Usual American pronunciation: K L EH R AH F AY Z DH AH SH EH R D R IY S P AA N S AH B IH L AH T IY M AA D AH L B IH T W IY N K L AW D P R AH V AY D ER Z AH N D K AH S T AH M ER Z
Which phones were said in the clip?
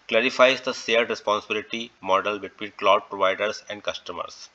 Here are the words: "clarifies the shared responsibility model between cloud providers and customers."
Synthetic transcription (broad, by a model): K L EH R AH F AY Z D AH S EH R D R IY S P AA N S AH B IH L AH T IY M AA D AH L B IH T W IY N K L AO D P R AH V AY D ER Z AH N D K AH S T AH M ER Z